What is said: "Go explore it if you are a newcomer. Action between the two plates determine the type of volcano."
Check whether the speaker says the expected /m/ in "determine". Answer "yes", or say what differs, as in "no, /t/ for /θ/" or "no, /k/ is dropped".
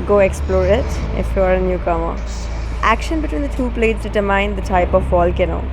no, /m/ is dropped